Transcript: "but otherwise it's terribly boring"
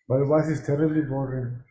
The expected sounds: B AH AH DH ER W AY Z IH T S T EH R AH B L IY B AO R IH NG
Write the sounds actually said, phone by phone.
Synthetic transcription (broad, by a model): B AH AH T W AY S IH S T EH R AH B L IY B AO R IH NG